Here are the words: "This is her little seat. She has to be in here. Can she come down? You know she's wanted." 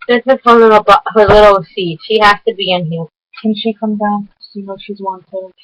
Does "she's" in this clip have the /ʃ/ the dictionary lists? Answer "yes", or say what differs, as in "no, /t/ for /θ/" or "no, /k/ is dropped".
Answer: yes